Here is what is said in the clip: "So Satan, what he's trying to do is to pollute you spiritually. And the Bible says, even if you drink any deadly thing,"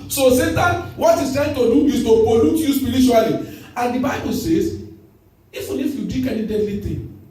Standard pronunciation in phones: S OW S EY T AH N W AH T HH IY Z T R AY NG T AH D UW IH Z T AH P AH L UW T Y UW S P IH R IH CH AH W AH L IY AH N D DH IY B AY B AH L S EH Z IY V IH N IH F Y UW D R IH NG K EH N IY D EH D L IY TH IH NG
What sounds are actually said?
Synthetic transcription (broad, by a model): S OW S EY T AH N W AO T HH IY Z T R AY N T AH D UW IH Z T AH P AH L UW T Y UW S P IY R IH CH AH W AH L IY AH N D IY B AY B AH L S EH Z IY F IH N IH F Y UW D IY K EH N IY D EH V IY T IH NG